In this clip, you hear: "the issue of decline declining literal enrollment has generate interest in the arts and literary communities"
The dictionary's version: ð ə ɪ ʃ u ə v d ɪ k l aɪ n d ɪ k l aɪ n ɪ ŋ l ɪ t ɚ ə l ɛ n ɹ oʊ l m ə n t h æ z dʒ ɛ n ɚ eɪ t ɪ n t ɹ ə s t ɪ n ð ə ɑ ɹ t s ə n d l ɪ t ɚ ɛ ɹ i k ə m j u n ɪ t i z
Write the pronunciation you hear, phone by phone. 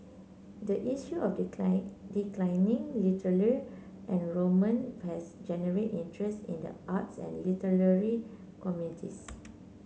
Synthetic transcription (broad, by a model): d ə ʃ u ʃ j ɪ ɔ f d ɪ k l aɪ n ɪ ŋ l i t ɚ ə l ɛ n ɹ oʊ m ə n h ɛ s dʒ ɛ n ɚ eɪ t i n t ɹ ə s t ɪ n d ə ɑ t s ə n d l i t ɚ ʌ ɹ i k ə m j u n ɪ t i s